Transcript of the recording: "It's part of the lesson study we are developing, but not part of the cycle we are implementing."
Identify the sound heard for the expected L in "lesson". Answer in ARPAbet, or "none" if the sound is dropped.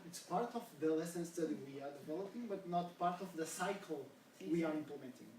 L